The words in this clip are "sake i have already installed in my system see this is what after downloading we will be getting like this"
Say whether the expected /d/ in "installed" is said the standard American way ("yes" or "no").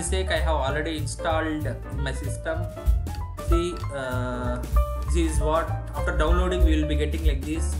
yes